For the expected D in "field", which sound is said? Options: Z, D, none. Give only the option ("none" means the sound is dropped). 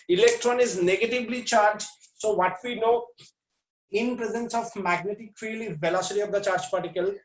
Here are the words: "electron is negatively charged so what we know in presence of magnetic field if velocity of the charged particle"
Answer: none